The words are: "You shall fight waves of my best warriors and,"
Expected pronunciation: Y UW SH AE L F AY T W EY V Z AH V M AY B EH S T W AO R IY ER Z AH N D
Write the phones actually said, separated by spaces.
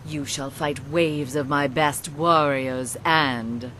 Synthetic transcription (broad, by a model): Y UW SH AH L F AY T W EY V Z AH V M AY B EH S T W AO R IY ER Z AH N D